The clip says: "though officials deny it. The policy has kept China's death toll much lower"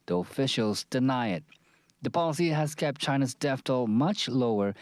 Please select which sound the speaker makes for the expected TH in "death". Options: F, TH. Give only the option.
F